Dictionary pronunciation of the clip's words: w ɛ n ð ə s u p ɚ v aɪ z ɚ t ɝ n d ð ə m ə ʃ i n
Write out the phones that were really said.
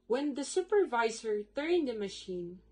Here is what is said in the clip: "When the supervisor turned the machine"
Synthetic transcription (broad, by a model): w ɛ n ð ə s u p ɚ v aɪ z ɚ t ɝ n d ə m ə ʃ i n